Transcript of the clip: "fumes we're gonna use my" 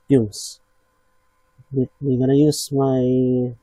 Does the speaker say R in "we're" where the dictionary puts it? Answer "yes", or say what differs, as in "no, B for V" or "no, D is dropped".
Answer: no, W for R